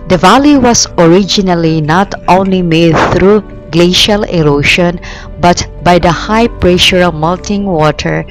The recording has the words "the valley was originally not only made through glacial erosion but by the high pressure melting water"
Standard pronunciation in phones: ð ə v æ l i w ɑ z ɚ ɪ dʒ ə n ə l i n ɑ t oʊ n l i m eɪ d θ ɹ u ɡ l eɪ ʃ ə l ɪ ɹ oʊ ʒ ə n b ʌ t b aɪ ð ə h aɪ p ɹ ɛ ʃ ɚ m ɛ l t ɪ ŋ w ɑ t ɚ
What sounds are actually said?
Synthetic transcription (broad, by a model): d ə v æ l i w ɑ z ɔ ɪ dʒ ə n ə l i n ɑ t oʊ n l i m eɪ d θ ɹ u ɡ l eɪ ʃ ə l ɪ ɹ oʊ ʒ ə n b ʌ t b aɪ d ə h aɪ p ɹ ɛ ʃ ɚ m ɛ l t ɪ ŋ w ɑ t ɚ